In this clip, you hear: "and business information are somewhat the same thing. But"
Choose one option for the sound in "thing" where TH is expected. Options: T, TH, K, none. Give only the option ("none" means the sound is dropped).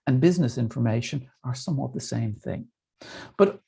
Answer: TH